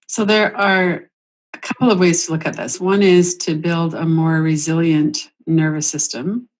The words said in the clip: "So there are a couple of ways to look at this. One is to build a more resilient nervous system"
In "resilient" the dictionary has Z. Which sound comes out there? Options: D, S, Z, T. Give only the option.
Z